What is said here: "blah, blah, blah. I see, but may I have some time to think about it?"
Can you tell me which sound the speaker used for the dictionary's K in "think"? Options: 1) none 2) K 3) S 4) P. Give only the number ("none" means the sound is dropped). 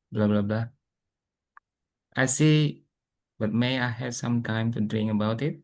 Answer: 1